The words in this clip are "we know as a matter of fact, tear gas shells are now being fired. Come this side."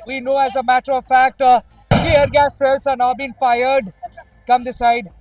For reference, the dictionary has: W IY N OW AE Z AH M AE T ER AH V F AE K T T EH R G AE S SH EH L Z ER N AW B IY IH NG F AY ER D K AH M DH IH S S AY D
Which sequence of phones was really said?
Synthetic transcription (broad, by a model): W IY N OW AE Z AH M AE T ER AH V F AE K T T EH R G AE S S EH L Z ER N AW B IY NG F AY ER D K AH M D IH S S AY D